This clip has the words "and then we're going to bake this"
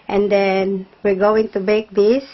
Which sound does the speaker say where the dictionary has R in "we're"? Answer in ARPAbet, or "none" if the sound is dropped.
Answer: R